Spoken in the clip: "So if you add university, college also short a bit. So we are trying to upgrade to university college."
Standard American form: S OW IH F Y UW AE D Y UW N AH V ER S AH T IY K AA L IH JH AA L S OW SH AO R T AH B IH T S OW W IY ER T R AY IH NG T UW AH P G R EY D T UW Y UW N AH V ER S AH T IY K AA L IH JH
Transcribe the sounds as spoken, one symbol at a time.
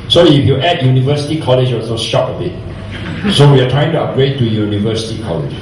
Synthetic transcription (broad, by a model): S OW IH F Y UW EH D Y UW N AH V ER S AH T IY K AA L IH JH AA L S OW SH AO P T AH B IH T S OW W IY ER T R AY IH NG T UW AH G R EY T UW Y UW N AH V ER S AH T IY K AA L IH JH